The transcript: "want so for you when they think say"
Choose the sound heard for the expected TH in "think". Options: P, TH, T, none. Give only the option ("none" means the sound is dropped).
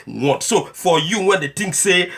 T